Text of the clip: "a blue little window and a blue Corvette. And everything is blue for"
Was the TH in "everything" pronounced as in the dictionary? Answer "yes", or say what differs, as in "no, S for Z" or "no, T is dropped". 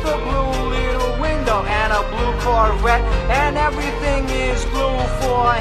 yes